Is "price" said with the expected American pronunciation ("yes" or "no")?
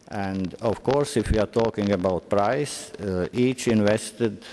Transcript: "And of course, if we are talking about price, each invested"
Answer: yes